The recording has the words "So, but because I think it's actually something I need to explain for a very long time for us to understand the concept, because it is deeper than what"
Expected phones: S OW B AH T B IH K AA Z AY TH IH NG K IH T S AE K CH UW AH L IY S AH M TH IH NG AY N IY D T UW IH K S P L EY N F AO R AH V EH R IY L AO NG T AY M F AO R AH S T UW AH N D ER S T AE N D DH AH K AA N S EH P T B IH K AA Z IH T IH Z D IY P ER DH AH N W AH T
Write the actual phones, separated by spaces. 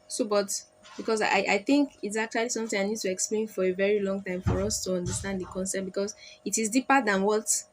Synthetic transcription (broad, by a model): S OW B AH T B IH K AA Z AY TH IH NG K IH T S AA K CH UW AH L IY S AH M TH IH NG AY N IY D T UW IH K S P L EY N F AO R AH V EH R IY L AO NG T AY M F AO R AH S T UW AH N D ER S T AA N D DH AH K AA N S EH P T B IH K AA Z IH T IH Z D IY P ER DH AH N W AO T